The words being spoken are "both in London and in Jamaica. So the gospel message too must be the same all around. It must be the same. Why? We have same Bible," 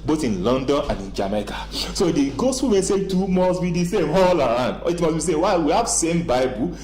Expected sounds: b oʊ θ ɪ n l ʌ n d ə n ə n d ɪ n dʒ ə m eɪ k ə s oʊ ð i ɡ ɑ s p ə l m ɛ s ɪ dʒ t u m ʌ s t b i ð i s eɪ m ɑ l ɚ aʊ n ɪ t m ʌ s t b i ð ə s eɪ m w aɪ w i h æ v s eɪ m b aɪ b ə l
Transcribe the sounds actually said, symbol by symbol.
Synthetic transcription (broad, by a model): b oʊ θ ɪ n l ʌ n d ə n ə n d ɪ n dʒ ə m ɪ k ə s oʊ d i ɡ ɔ s f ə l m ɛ s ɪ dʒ t u m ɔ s b i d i s eɪ m ɑ l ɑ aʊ n ɪ t m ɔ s b i s eɪ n w aɪ w i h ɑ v s eɪ m b aɪ b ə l